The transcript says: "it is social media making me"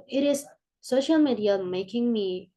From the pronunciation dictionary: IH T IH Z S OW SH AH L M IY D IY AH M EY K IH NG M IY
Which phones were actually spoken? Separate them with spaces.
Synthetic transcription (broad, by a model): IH T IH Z S OW SH AH L M IY D IY AH M EY K IH NG M IY